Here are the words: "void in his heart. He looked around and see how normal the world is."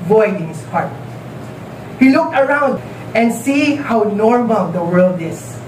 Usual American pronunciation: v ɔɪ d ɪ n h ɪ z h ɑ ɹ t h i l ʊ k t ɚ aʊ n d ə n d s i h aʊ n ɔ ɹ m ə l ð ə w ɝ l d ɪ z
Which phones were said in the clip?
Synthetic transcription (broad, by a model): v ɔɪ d ɪ n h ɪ s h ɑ ɹ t h i l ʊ k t ɚ aʊ n d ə n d s i h aʊ n ɔ ɹ m ə l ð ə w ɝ l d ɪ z